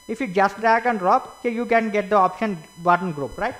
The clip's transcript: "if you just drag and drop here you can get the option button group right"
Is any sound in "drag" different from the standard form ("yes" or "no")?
yes